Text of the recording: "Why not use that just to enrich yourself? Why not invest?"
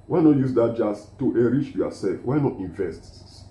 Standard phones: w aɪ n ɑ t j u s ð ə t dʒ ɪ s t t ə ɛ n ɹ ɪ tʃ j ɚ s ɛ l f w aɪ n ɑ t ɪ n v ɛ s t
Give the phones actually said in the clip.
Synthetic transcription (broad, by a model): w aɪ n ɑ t j u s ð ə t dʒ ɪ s t t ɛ ɹ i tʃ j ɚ s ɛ l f w aɪ n ɑ t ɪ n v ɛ s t